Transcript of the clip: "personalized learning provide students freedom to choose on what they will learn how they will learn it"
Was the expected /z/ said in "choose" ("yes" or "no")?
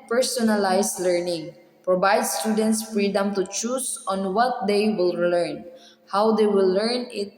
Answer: no